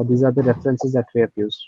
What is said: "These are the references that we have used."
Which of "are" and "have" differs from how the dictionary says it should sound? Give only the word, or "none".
have